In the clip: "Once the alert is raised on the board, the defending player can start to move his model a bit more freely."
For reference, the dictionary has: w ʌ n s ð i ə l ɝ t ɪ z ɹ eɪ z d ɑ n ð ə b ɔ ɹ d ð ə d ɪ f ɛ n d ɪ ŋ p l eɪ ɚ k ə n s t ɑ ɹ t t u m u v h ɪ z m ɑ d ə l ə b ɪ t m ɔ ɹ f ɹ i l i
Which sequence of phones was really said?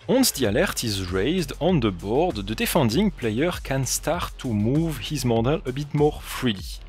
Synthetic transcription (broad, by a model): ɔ n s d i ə l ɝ t ɪ z ɹ eɪ z d ɑ n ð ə b ɔ ɹ d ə d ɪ f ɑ n d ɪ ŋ p l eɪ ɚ k ə n s t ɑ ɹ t t u m u v h ɪ z m ɑ d ə l ə b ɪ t m ɔ ɹ f ɹ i l i